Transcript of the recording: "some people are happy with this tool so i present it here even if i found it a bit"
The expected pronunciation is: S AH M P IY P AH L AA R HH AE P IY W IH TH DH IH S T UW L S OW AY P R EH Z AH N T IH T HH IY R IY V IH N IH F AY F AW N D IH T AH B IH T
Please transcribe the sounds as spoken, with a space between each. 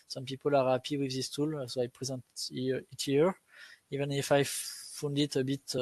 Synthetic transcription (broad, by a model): S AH M P IY P AH L AA R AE P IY W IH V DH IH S T UW L S OW AY P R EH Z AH N T IH T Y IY R IY V IH N IH F AY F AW N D IH T AH B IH T